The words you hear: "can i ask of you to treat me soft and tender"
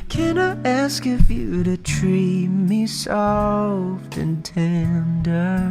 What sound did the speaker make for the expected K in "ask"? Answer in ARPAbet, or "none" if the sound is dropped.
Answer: K